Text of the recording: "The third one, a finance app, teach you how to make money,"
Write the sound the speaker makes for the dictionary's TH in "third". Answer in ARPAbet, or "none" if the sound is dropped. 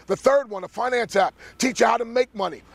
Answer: TH